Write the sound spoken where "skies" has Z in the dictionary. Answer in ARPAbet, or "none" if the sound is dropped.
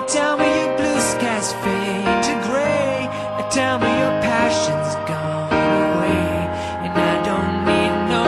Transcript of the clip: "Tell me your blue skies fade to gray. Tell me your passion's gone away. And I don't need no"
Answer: S